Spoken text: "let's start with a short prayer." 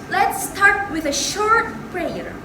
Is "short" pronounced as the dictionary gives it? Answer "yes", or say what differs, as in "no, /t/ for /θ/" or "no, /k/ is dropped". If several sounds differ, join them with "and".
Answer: yes